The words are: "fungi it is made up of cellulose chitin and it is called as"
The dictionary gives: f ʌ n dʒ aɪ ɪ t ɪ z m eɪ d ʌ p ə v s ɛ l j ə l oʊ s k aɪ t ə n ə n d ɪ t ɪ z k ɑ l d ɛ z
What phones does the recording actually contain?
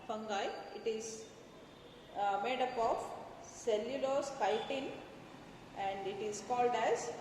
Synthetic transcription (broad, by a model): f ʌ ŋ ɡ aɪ ɪ t ɪ z m eɪ d ʌ p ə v s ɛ l j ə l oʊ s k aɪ t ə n ə n d ɪ t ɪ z k ɑ l d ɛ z